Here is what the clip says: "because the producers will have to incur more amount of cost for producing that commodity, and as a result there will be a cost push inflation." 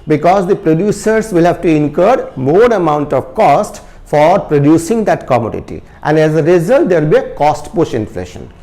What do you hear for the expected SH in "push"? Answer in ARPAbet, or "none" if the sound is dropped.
SH